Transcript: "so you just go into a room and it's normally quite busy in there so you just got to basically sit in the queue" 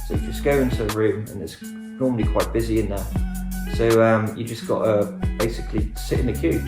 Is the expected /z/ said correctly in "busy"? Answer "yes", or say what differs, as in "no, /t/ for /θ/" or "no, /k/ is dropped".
yes